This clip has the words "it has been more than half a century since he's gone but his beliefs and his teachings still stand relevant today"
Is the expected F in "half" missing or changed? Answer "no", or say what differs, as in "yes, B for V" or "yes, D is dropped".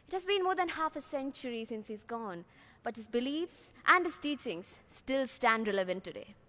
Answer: no